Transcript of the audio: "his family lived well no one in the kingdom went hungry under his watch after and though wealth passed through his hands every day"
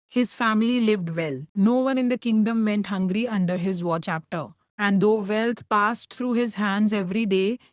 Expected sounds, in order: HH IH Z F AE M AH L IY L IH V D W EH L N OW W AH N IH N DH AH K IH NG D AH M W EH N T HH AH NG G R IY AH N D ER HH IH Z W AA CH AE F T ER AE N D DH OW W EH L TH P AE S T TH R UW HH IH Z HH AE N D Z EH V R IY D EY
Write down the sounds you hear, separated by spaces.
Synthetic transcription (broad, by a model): HH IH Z F AE M AH L IY L IH V D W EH L N OW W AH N IH N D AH K IH NG D AH M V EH N T HH AH NG G R IY AH N D ER HH IH Z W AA CH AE P T ER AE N D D OW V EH L T P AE S T T R UW HH IH Z HH AE N D Z EH V R IY D EY